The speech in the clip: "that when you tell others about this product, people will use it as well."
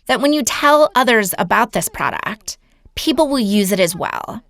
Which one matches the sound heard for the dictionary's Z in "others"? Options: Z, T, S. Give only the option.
Z